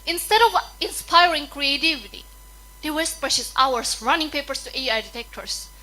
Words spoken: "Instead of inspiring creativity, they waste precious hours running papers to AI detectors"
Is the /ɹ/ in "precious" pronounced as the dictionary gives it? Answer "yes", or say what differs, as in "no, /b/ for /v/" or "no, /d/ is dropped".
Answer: no, /ɹ/ is dropped